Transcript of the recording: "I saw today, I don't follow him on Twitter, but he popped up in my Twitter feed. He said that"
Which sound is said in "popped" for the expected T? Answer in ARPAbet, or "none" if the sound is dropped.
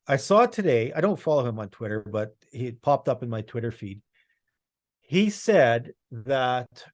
T